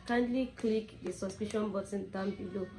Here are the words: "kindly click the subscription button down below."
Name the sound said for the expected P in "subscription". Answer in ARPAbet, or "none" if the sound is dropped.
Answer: none